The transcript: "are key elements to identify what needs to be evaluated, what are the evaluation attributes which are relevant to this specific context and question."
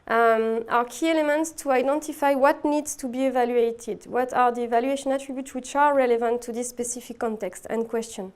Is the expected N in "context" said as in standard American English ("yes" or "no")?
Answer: yes